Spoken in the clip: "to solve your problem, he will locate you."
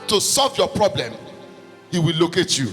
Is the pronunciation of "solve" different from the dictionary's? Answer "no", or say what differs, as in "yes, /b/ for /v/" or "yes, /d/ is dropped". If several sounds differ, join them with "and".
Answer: no